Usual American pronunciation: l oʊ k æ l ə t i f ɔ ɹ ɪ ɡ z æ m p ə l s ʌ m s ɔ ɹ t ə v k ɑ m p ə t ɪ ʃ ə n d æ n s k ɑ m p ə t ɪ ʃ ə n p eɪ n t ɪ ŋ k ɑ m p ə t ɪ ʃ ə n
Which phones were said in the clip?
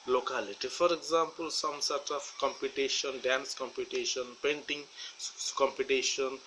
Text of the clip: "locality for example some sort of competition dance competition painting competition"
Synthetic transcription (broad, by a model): l oʊ k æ l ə t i f ɔ ɹ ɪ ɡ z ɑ m p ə l s ʌ m s ɔ ɹ t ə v k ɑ m p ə t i ʃ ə n d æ n s k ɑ m p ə t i ʃ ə n p eɪ n t ɪ ŋ k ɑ m p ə t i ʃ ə n